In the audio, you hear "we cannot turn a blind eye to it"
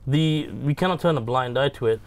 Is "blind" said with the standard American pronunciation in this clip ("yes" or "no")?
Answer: yes